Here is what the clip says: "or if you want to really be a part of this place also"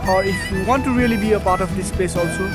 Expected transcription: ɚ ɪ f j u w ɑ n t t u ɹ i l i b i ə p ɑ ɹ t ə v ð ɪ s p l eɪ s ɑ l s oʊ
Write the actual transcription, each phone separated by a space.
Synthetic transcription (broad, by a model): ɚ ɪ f j u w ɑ n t t u ɹ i l i b i ə p ɑ ɹ t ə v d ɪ s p eɪ s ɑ l s oʊ